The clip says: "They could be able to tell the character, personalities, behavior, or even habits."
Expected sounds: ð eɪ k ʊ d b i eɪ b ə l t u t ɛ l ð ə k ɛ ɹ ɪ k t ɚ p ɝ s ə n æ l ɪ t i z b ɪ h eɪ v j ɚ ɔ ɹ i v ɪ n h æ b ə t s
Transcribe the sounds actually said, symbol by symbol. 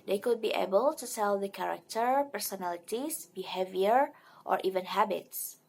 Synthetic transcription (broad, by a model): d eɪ k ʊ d b i eɪ b ə l t u s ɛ l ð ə k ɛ ɹ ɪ k t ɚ p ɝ s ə n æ l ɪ t i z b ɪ h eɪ v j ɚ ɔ ɹ i v ɪ n h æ b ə t s